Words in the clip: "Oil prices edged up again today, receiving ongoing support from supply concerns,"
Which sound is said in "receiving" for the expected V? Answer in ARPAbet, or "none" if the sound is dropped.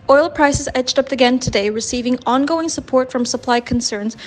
V